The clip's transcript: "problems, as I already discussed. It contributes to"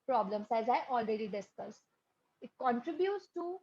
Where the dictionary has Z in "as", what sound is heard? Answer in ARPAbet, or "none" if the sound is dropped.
Z